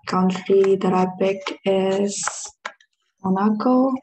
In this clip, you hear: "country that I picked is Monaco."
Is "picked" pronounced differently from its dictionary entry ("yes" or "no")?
yes